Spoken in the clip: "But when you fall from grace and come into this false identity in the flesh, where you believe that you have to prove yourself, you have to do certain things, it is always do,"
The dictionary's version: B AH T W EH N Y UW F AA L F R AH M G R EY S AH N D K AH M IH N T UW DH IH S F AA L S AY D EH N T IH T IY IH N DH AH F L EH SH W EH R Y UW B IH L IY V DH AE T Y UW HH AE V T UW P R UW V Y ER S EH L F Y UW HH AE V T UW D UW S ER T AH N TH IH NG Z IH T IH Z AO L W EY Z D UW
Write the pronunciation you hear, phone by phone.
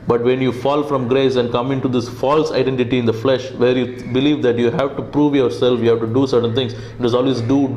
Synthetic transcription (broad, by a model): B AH T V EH N Y UW F AA L F R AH M G R EY S AH N D K AH M IH N T UW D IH S F AA L S AY D EH N T IH T IY IH N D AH F L EH SH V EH R Y UW B IH L IY V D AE T Y UW HH AE V T UW P R UW V Y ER S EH L F Y UW HH AE V T UW D UW S ER T AH N T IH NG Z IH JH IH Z AO L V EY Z D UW